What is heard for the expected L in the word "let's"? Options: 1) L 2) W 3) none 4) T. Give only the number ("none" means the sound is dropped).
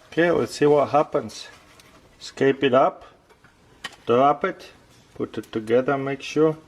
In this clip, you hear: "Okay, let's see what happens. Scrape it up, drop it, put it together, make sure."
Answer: 2